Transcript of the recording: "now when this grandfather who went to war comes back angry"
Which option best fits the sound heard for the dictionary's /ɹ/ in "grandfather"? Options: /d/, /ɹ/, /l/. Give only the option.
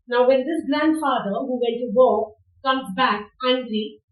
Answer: /l/